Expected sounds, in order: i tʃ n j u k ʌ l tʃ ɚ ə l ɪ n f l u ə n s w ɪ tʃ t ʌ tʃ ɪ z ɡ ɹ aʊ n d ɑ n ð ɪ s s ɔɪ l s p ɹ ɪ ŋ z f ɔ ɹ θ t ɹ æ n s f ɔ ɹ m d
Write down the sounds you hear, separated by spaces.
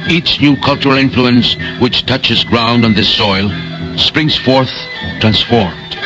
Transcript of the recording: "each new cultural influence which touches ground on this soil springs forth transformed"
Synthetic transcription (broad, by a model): i tʃ n j u k ʌ l tʃ ɚ ə l ɪ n f l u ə n s w ɪ tʃ t ʌ tʃ ɪ z ɡ ɹ aʊ n d n ð ɪ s s ɔɪ l s p ɹ ɪ ŋ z f ɔ ɹ θ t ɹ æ n s f ɔ ɹ m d